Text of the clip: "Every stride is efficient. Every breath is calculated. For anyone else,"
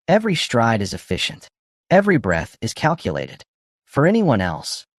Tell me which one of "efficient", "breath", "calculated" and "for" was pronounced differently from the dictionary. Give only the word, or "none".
none